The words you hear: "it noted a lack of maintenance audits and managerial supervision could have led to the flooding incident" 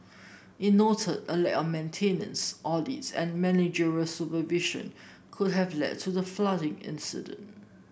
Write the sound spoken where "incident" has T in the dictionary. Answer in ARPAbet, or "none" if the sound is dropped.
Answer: T